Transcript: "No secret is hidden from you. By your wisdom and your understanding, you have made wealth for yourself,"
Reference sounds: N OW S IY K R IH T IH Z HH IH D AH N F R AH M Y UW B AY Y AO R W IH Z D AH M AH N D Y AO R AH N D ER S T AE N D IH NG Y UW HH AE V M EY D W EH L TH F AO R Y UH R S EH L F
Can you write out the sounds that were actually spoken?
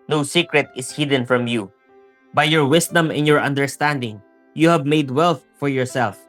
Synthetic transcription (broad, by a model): N OW S IY K R IH T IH S HH IH D AH N F R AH M Y UW B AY Y AO R W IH S D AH M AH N Y AO R AH N D ER S T AE N D IH NG Y UW HH AE V M EY D W EH L TH F AO R Y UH R S EH L F